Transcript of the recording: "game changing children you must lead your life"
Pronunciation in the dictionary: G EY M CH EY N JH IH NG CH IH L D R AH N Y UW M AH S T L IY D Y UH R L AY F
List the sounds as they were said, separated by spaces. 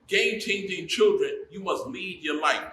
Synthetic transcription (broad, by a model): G EY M CH EY N JH IH NG CH IH L D R AH N Y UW M AH S T L IY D Y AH R L AY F